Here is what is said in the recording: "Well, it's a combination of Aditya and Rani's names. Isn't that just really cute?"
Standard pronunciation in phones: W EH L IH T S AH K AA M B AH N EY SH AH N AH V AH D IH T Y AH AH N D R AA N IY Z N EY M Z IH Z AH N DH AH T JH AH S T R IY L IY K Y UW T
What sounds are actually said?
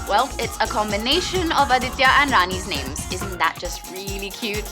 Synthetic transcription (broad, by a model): W EH L IH T S AH K AA M B AH N EY SH AH N AH V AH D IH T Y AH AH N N R AA N IY Z N EY M Z IH Z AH N DH AH T JH AH S T R IY L IY K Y UW T